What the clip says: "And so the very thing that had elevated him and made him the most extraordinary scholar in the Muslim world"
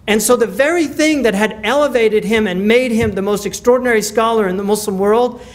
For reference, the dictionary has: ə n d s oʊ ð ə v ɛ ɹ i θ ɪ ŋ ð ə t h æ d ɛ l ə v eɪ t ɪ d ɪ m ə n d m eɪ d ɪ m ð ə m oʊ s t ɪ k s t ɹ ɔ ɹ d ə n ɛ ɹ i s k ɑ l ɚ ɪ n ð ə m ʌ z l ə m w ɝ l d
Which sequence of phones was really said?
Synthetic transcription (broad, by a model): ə n s oʊ ð ə v ɛ ɹ i θ ɪ ŋ ð ə t h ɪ d ɛ l ə v eɪ t ɪ d ɪ m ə n m eɪ d ɪ m ð ə m oʊ s t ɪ k s t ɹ ɔ ɹ d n ɛ ɹ i s k ɑ l ɚ ɪ n ð ə m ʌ s l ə m w ɝ l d